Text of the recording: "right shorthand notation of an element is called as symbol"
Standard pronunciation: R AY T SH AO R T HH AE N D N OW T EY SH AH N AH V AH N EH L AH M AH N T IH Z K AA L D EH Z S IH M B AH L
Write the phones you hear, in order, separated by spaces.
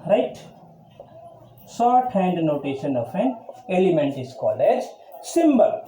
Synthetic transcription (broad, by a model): R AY T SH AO R T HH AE N D N OW T EY SH AH N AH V AH N EH L AH M AH N T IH S K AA L EH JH S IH M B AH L